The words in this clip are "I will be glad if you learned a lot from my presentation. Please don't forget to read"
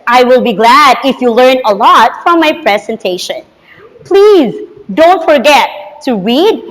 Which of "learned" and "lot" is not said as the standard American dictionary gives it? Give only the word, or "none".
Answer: learned